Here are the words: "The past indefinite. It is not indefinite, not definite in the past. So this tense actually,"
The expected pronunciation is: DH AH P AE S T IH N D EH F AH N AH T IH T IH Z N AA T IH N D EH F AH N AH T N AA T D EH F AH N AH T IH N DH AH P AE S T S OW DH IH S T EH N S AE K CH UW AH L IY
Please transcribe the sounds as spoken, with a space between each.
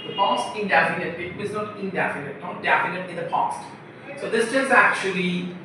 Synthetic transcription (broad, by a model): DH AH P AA S T IH N D EH F AH N AH T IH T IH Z N AA T IH N D EH F AH N AH T N AA T D EH F AH N AH T IH N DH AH P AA S T S OW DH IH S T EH S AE K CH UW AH L IY